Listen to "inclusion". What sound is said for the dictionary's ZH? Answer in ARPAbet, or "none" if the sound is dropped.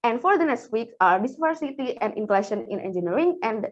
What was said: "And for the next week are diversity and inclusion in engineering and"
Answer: SH